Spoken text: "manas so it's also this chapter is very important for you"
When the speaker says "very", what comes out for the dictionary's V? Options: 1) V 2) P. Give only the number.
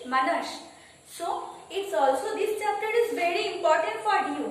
1